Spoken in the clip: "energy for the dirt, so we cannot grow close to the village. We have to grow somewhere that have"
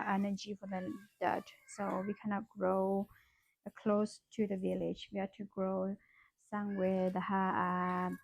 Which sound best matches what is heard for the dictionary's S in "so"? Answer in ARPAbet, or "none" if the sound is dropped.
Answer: S